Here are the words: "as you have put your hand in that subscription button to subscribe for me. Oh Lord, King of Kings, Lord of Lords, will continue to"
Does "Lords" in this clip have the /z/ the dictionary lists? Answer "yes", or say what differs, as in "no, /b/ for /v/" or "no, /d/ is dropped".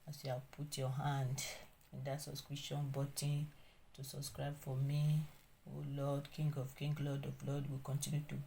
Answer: no, /z/ is dropped